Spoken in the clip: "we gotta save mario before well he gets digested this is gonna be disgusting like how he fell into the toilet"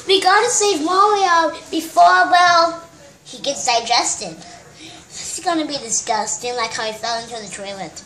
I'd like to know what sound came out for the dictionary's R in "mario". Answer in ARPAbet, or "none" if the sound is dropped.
W